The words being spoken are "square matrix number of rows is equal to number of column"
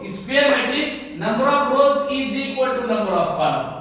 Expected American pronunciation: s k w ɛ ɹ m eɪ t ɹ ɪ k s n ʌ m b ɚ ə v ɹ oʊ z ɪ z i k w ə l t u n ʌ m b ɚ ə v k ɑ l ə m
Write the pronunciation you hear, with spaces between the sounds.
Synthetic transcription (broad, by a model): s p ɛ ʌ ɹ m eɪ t ɪ s n ʌ m b ɚ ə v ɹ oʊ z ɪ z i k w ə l t u n ʌ m b ɚ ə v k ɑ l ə